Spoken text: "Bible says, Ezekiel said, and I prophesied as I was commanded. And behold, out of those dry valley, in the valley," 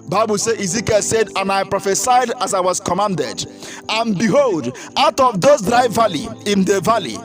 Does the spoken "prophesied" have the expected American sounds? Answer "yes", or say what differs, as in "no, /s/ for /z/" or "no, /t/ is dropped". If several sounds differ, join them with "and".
yes